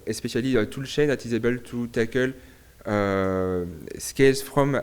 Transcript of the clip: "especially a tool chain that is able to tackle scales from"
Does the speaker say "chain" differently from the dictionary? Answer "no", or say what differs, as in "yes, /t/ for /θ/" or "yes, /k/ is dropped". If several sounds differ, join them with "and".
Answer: yes, /ʃ/ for /tʃ/